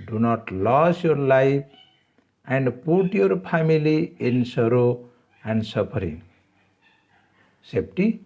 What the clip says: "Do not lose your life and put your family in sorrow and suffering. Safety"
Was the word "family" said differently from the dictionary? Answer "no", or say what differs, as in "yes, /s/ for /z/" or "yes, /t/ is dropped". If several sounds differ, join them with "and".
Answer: yes, /p/ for /f/